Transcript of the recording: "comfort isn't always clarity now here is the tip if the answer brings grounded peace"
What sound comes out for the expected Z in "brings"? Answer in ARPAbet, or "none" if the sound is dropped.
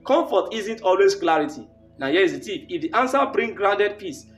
none